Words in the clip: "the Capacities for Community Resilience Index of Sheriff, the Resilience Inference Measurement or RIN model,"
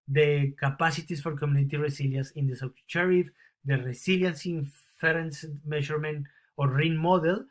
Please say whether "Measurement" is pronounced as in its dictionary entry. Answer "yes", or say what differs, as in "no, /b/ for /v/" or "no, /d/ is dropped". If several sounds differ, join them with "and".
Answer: no, /ʃ/ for /ʒ/